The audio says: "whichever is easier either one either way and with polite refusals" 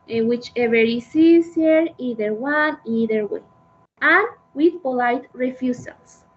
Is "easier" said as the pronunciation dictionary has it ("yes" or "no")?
no